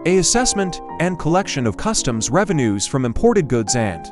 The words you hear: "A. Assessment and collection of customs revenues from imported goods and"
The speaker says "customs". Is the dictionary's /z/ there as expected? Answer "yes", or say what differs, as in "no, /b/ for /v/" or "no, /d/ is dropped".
yes